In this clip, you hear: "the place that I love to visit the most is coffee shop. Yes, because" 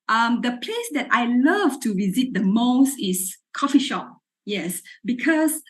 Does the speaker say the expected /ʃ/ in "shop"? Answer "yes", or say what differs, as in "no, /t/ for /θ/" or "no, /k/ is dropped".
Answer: yes